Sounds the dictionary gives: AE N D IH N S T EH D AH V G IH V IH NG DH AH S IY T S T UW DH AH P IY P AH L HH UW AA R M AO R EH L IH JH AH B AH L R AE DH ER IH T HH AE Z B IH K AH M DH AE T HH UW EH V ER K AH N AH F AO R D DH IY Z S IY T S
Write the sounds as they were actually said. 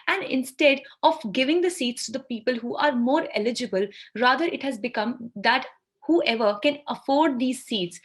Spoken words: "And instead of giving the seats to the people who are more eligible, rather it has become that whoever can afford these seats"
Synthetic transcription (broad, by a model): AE N D IH N S T EH D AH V G IH V IH NG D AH S IY T S T UW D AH P IY P AH L HH UW AA R M AO R EH L IH JH AH B AH L R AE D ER IH T HH AE Z B IH K AH M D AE T HH UW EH V ER K AH N AH F AO R D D IY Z S IY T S